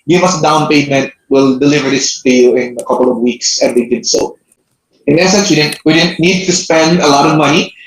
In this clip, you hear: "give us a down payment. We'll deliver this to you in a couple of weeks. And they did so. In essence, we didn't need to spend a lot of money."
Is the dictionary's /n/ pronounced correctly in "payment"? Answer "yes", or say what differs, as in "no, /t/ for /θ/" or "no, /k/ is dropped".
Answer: yes